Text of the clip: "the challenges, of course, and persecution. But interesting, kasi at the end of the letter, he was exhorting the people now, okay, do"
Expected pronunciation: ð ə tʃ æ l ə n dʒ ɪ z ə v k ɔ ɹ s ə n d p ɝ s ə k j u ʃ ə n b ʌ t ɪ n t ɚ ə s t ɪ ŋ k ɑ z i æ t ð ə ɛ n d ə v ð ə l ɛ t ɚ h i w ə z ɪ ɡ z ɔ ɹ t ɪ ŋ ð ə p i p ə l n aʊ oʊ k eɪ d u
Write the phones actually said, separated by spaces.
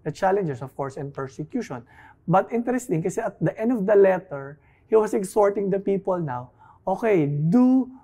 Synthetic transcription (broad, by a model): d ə tʃ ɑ l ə n dʒ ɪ s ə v k ɔ ɹ s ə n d p ɝ s ə k j u ʃ ə n b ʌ t ɪ n t ɚ ə s t ɪ ŋ k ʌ s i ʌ t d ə ɛ n d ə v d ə l ɛ t ɚ h i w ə s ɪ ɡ s ɔ ɹ t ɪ ŋ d ə p i p ə l n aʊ oʊ k eɪ d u